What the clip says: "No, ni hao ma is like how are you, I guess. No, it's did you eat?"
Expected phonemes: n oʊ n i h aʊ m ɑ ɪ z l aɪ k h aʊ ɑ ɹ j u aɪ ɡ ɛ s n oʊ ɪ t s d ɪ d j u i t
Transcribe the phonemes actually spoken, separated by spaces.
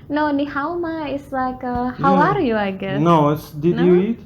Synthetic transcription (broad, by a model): n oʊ n i h aʊ m ɑ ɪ s l aɪ k h aʊ ɑ ɹ j u aɪ ɡ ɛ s n oʊ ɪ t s d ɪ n j u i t